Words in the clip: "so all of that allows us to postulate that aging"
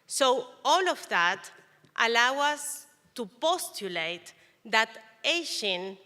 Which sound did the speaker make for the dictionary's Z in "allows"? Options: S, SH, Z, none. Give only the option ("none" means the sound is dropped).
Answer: none